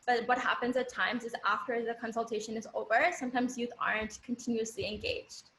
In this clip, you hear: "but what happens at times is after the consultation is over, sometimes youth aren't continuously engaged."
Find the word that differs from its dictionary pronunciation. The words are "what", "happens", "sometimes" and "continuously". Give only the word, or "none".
none